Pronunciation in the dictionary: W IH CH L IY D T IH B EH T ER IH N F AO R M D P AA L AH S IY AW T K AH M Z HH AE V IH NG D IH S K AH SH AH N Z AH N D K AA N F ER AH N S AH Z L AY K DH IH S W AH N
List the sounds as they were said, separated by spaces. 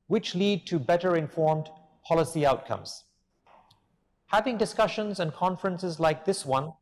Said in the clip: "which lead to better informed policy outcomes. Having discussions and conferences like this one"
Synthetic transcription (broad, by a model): W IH CH L IY D T IH B EH T ER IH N F AO R M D P AA L AH S IY AW T K AH M Z HH AE V IH NG D IH S K AH SH AH N Z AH N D K AA N F ER AH N S AH Z L AY K DH IH S W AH N